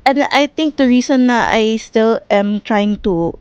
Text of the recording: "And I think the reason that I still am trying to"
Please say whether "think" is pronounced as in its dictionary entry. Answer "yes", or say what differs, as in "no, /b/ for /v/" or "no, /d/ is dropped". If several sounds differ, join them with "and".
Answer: no, /t/ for /θ/